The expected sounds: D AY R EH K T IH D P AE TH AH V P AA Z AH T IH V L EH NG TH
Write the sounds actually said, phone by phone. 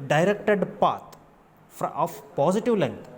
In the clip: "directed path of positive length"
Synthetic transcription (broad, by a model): D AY R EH K T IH D P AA F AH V P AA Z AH T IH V L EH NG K